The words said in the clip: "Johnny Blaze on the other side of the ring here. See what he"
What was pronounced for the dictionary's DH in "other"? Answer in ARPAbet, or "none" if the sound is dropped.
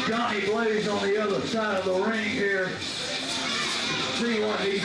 DH